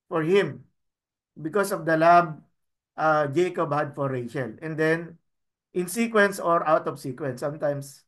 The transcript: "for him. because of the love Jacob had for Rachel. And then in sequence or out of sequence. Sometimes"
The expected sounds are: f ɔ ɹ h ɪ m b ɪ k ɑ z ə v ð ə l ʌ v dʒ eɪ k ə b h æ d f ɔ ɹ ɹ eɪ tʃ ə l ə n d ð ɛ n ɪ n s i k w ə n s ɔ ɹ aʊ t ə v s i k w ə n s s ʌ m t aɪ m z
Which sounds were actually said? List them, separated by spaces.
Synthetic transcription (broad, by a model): f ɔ ɹ h ɪ m b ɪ k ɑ s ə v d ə l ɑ b dʒ eɪ k ə b h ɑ d f ɔ ɹ ɹ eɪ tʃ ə l ə n d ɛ n ɪ n s i k w ə n s ɔ ɹ aʊ t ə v s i k w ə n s s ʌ m t aɪ m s